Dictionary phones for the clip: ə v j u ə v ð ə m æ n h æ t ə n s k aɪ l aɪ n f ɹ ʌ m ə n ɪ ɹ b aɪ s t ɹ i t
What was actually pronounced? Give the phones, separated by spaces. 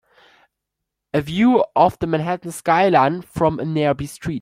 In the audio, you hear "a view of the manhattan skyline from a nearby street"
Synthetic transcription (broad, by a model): ə v j u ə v ð ə m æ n h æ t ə n s k aɪ l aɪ n f ɹ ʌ m ə n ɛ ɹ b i s t ɹ i t